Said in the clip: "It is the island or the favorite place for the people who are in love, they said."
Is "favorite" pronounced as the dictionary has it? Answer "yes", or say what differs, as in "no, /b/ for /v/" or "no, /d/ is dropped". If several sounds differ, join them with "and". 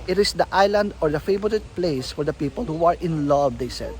no, /b/ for /v/